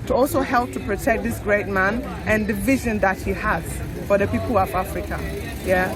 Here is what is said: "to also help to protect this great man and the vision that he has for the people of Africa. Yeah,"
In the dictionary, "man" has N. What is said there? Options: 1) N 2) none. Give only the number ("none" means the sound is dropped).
1